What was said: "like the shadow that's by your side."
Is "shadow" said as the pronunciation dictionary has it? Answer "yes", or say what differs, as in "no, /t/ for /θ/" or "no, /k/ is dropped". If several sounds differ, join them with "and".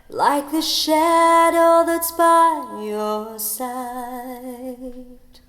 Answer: yes